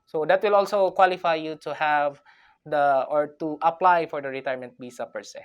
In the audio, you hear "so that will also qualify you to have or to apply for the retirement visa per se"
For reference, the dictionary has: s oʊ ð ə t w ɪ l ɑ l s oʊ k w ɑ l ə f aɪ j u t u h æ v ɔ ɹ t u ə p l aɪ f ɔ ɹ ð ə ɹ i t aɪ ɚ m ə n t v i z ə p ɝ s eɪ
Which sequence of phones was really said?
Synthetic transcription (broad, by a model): s oʊ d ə t w ɪ l ɑ l s oʊ k w ɑ l ə f aɪ j u t u h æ v ɔ ɹ t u ə p l aɪ f ɔ ɹ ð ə ɹ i t aɪ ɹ m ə n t b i s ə p ɝ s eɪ